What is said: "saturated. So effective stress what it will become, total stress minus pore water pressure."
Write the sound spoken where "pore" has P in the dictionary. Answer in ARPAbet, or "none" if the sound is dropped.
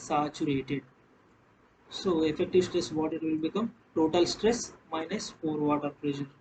F